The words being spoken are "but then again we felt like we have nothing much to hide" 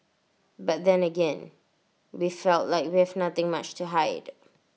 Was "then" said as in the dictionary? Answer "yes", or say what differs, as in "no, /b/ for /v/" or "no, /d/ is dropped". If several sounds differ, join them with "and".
yes